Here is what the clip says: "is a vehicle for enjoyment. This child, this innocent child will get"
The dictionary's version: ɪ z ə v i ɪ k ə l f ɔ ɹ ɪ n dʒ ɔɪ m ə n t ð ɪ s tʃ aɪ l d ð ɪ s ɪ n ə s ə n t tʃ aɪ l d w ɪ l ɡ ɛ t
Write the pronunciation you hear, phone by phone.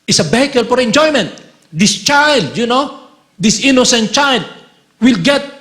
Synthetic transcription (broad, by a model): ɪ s ə b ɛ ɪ k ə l f ɔ ɹ ɪ n dʒ ɔɪ m ə n t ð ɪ s tʃ aɪ l d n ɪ s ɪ n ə s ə n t tʃ aɪ l d w ɪ l ɡ ɛ t